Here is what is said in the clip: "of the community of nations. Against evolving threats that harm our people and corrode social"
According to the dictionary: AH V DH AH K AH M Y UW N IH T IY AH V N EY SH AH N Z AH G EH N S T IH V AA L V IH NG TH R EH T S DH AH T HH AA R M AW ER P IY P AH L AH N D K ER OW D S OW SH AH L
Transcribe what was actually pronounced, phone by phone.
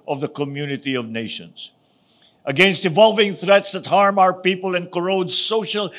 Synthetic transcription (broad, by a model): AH V DH AH K AH M Y UW N IH T IY AH V N EY SH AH N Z AH G EH N S T IH V AA L V IH NG TH R EH T S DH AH T HH AA R M AW ER P IY P AH L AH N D K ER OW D S OW SH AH L